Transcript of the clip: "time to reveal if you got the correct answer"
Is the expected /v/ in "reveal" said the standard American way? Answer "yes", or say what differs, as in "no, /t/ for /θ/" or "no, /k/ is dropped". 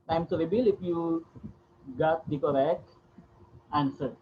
no, /b/ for /v/